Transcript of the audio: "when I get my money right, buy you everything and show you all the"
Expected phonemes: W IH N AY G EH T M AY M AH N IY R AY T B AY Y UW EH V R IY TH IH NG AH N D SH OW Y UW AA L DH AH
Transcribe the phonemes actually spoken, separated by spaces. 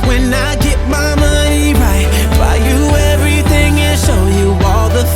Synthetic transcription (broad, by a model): W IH N AY G EH T M AY M AH N IY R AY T B AY Y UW EH V R IY TH IH NG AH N SH OW Y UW AA L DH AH